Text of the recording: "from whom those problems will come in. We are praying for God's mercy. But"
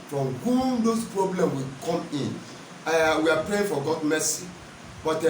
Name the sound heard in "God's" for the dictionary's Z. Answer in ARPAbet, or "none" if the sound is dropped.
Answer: none